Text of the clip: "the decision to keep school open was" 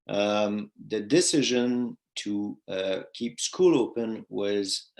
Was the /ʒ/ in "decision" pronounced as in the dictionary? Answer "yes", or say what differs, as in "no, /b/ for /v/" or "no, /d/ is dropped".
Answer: yes